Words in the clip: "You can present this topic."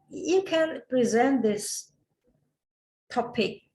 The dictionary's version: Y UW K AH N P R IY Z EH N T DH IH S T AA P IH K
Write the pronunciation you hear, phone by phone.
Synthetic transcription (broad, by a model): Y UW K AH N P R IY Z EH N T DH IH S T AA P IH K